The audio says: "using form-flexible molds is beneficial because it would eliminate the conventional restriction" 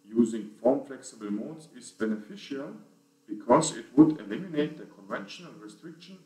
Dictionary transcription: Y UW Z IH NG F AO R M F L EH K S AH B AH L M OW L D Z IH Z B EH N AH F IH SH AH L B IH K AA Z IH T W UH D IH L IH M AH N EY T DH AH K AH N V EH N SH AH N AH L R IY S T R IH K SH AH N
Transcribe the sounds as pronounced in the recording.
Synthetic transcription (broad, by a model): Y UW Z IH NG F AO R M F L EH K S AH B AH L M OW D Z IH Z B EH N AH F IH SH AH L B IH K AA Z IH T W UH D IH L IH M AH N EY T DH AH K AH N V EH N SH AH N AH L R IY S T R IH K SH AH N